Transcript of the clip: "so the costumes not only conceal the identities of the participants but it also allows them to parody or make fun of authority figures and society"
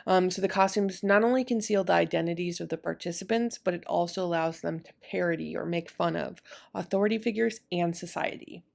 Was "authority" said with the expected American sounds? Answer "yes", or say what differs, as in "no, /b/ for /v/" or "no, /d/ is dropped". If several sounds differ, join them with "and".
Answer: yes